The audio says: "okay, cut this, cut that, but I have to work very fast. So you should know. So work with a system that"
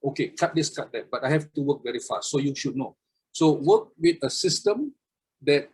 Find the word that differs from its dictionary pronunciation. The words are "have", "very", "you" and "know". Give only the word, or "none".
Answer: have